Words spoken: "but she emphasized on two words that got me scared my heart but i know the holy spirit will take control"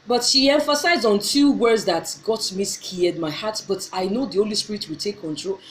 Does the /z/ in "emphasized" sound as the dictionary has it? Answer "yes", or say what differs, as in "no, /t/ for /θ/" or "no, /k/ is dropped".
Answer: yes